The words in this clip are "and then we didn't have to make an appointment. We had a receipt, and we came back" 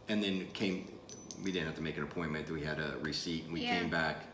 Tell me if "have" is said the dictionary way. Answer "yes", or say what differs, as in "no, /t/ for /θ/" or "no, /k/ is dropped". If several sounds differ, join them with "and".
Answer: no, /f/ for /v/